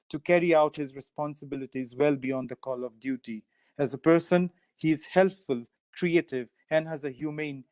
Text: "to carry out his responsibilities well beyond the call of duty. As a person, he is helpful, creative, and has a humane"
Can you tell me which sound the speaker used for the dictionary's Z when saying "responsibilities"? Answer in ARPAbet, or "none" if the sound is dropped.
Z